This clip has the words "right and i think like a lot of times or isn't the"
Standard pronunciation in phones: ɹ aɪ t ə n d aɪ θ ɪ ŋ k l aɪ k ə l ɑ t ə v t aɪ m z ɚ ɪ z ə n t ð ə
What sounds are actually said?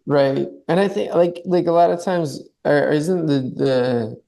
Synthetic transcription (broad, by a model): ɹ aɪ t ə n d aɪ θ ɪ ŋ k l aɪ k ə l ɑ t ə v t aɪ m z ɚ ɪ z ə n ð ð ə